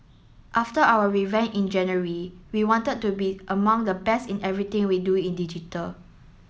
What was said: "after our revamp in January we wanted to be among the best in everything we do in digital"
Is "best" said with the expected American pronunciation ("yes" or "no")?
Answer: no